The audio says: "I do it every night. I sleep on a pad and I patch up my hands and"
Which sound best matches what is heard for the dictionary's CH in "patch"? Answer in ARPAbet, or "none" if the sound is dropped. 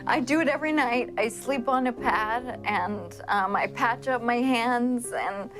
CH